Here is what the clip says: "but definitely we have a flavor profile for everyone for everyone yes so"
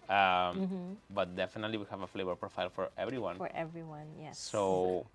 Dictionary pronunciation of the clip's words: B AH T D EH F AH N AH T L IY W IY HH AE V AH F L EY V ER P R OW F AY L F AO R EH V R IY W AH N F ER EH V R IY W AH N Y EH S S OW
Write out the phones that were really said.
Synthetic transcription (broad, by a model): B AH T D EH F AH N AH T L IY W IY HH AE V AH F L EY V ER P R OW F AY L F AO R EH V R IY W AH N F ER EH V R IY W AH N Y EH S S OW